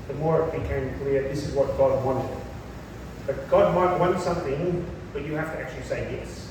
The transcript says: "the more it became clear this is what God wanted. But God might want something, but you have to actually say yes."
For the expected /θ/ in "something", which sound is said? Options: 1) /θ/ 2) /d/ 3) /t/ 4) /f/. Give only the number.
1